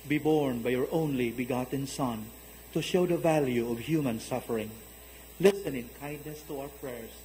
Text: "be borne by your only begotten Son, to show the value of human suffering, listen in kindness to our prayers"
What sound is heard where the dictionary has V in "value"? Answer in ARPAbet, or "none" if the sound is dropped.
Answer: V